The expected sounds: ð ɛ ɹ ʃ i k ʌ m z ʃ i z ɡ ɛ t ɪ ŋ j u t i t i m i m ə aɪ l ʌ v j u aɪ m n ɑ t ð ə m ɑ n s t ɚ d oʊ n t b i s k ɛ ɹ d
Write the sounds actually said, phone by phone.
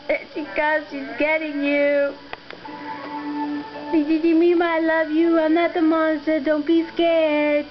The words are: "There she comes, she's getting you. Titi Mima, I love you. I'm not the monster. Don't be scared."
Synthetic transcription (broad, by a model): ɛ ʃ i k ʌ z ʃ i z ɡ ɛ t ɪ ŋ j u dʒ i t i m i m ə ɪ l ʌ v j u aɪ m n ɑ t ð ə m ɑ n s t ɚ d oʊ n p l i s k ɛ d